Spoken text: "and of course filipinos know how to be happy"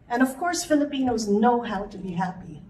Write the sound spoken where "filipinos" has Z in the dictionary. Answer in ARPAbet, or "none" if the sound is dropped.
Z